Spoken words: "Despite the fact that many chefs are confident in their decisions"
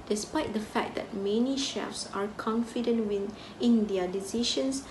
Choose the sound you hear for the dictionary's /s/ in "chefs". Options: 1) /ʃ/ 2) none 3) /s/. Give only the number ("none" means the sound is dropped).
3